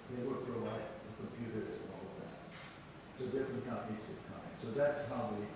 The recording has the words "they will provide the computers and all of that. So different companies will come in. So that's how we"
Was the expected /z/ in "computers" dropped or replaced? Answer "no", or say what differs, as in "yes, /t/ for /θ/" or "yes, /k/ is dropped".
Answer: yes, /z/ is dropped